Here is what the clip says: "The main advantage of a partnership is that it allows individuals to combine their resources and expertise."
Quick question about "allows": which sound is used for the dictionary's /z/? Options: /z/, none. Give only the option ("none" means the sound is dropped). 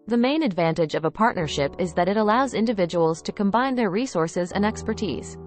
/z/